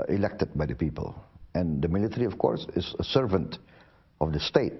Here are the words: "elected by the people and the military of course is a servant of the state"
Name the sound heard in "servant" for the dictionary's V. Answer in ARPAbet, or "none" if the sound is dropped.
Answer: V